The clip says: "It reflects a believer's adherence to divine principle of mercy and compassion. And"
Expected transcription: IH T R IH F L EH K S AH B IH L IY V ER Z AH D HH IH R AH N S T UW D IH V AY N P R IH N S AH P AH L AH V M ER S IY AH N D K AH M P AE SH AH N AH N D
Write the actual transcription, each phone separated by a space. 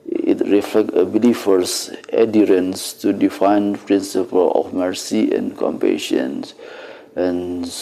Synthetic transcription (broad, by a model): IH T R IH F L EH K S AH B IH L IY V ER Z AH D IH R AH N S T UW D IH F AY N P R IH N S AH P AH L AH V M ER S IY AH N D K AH M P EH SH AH N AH N